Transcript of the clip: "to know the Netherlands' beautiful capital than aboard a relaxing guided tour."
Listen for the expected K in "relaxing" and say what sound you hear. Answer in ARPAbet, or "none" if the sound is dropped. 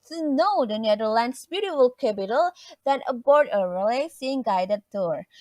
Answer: none